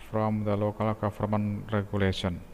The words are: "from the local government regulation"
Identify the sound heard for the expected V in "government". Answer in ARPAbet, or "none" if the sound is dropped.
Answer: F